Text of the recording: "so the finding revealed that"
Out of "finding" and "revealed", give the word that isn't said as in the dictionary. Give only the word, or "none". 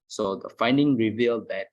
none